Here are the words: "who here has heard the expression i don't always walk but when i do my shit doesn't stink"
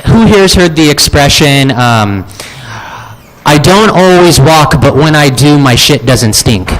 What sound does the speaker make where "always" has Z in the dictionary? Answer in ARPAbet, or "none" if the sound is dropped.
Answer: Z